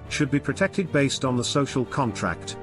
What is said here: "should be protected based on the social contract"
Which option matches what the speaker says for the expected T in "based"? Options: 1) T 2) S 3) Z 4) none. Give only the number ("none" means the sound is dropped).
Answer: 1